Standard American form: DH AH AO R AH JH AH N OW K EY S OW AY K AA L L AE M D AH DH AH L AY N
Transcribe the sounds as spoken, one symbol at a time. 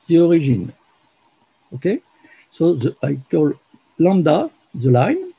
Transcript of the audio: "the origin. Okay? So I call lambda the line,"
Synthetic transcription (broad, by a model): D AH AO R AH ZH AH N OW K EY S OW AY K AA L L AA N D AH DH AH L AY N